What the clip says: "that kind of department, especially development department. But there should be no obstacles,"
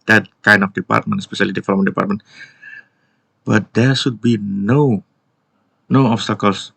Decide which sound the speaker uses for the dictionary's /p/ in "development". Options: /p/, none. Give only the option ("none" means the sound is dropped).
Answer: none